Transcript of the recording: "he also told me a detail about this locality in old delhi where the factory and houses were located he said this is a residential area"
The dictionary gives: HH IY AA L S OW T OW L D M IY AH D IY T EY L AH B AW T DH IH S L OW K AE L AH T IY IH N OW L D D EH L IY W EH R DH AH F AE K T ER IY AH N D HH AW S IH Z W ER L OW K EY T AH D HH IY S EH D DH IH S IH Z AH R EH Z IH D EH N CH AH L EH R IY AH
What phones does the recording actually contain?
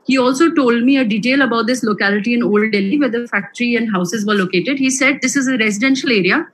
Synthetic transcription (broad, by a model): HH IY AA L S OW T OW L D M IY AH D IY T EY L AH B AW T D IH S L OW K AE L AH T IY IH N OW L D D EH L IY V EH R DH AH F AE K T ER IY AH N D HH AW S IH Z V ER L OW K EY T AH D HH IY S EH D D IH S IH Z AH R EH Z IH D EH N SH AH L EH R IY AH